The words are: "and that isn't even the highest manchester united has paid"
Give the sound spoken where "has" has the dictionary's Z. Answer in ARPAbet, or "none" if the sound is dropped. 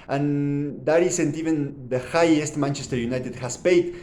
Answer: S